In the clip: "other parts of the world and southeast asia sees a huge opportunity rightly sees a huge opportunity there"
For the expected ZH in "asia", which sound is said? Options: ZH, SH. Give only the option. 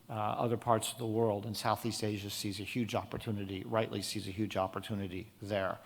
ZH